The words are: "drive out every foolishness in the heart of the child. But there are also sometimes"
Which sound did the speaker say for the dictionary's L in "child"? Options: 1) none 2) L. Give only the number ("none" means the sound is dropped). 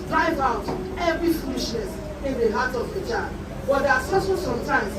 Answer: 1